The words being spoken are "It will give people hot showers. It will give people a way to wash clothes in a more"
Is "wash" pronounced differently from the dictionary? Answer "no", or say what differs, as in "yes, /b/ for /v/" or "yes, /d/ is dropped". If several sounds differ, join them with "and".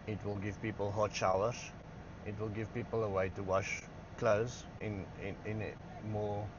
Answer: no